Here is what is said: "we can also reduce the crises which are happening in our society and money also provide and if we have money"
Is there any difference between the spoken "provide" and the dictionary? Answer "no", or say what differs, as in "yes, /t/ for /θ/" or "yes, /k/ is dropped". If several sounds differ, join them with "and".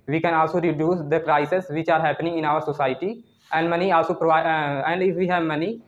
yes, /d/ is dropped